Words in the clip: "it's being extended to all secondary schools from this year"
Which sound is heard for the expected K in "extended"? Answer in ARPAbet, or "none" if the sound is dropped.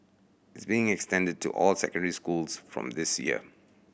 K